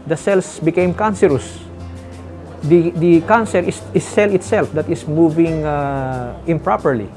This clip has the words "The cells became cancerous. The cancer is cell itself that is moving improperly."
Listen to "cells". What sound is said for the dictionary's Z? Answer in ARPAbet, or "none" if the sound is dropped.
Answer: S